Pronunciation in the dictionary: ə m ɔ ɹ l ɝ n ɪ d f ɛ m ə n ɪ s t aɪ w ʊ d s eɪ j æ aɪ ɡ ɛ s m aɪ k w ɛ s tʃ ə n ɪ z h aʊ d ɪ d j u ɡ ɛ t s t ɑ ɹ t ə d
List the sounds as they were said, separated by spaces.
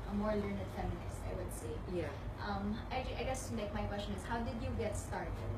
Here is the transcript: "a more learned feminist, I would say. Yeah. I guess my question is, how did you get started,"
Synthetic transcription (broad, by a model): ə m ɔ ɹ l ɝ n ɪ d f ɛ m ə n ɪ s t aɪ w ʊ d s eɪ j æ aɪ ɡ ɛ s m aɪ k w ɛ s tʃ ə n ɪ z h aʊ d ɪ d j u ɡ ɛ t s t ɑ ɹ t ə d